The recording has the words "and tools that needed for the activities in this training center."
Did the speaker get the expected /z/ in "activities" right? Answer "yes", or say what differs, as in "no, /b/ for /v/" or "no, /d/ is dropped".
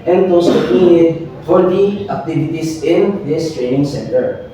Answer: no, /s/ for /z/